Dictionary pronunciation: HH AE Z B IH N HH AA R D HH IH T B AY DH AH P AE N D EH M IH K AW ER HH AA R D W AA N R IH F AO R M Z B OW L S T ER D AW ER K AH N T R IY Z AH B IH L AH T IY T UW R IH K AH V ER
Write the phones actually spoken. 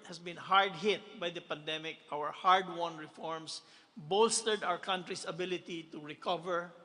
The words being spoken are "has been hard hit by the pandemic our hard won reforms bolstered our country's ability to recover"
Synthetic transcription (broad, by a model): HH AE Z B IH N HH AA R D HH IH T B AY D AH P AE N D EH M IH K AW ER HH AA R D W AA N R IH F AO R M S B OW L S T ER D AW ER K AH N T R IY S AH B IH L AH T IY T UW R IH K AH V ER